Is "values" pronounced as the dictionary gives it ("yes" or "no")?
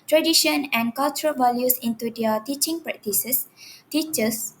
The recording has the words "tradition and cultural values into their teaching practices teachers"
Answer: no